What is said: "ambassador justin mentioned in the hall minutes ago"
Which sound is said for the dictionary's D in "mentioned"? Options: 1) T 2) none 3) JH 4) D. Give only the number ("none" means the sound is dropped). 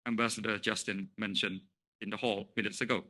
2